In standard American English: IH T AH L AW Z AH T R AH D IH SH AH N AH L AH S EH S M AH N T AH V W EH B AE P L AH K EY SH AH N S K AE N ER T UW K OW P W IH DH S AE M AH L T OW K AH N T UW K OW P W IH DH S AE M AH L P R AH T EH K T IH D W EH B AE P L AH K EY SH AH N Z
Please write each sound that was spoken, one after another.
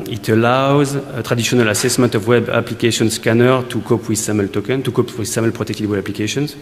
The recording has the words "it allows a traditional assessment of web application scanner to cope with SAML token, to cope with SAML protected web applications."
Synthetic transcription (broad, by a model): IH T AH L AW Z AH T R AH D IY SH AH N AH L AH S EH S M AH N T AH V W EH B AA P L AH K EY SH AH N S K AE N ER T UW K OW P W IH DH S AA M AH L T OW K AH N T UW K OW P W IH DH S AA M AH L P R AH T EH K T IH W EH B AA P L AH K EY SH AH N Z